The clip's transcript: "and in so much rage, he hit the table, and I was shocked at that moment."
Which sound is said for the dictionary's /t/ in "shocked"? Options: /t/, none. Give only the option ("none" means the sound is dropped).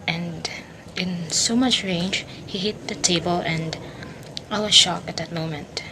none